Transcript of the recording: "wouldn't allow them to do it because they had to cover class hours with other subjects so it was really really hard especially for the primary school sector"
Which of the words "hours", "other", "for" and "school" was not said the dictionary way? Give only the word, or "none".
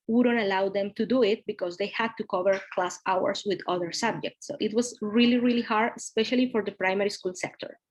hours